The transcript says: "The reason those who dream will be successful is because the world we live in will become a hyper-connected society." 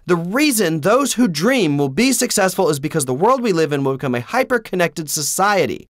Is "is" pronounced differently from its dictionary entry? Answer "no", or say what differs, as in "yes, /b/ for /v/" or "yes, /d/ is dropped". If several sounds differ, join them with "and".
no